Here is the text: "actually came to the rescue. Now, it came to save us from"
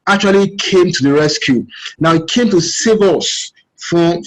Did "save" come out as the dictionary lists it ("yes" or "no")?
yes